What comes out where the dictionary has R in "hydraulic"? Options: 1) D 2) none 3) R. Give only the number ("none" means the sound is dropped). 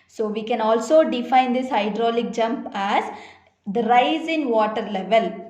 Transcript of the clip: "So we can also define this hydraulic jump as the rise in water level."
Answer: 3